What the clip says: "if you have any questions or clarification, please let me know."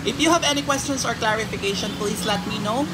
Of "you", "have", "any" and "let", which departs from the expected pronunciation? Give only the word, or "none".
none